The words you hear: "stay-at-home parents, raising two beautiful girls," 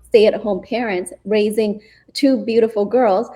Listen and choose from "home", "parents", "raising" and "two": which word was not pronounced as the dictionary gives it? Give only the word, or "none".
none